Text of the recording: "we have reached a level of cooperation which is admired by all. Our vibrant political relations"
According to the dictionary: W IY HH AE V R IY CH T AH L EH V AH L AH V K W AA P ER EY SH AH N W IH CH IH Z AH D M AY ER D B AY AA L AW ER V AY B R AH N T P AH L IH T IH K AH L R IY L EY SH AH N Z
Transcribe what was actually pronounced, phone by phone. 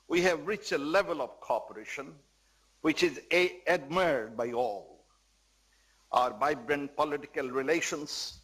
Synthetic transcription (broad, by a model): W IY HH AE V R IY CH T AH L EH V AH L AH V K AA P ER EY SH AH N W IH CH IH Z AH D M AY D B AY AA L AW ER B AY B R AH N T P AH L IH T IH K AH L R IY L EY SH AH N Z